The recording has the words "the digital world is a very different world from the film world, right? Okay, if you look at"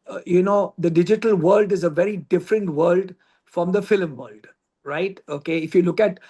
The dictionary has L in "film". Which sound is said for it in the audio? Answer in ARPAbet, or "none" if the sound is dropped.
L